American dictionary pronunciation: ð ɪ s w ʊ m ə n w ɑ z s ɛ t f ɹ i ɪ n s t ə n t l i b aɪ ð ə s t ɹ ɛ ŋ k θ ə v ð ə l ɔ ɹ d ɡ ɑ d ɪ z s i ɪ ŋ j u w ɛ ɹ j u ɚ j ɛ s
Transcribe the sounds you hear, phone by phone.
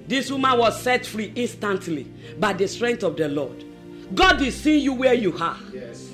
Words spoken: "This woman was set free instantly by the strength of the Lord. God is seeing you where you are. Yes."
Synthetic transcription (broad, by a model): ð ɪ s w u m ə n w ɑ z s ɛ t f ɹ i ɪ n s t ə n t l i b aɪ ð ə s t ɹ ɛ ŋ k t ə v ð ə l ɔ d ɡ ɑ d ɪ s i j u w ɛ j u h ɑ